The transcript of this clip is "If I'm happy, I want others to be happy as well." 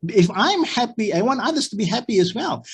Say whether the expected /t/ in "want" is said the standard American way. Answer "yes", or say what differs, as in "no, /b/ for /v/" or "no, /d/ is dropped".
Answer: no, /t/ is dropped